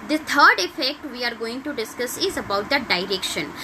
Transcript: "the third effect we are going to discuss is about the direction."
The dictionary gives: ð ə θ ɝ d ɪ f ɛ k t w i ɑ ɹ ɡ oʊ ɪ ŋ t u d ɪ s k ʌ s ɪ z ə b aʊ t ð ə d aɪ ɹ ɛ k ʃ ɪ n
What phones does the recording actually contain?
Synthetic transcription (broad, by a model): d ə t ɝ d ɪ f ɛ k t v i ɑ ɹ ɡ oʊ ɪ ŋ t u d ɪ s k ʌ s ɪ z ə b aʊ t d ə d aɪ ɹ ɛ k ʃ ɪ n